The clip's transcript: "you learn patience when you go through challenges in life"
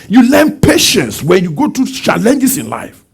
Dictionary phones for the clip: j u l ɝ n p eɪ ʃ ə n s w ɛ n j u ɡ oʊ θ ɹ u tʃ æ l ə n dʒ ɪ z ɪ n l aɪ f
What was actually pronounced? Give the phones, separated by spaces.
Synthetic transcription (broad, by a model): j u l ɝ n p eɪ ʃ ə n s w ɛ n j u ɡ oʊ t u tʃ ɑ l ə n dʒ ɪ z ɪ n l aɪ f